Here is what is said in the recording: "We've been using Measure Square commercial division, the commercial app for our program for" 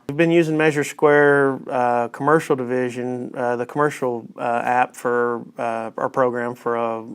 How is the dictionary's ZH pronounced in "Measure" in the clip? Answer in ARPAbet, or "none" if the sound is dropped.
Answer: ZH